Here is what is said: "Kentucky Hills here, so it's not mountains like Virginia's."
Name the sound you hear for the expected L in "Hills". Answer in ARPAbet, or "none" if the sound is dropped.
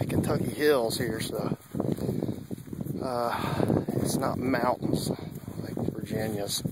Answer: L